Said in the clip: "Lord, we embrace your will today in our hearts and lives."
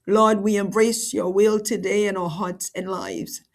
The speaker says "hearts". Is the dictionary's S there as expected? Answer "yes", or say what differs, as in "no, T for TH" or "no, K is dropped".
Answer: yes